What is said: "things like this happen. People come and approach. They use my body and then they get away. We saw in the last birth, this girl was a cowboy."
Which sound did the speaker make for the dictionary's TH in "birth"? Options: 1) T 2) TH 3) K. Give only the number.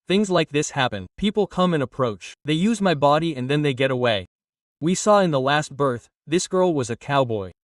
2